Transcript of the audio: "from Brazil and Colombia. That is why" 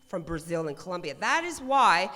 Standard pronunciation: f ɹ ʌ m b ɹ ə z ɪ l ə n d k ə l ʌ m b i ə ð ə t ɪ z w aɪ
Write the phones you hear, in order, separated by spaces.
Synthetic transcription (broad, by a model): f ɹ ʌ m b ɹ ə z ɪ l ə n k ə l ʌ m b i ə ð ə t ɪ z w aɪ